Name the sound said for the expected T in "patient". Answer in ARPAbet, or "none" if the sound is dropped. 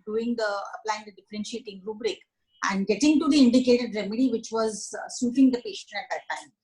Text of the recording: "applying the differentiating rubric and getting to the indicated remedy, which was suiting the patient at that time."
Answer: none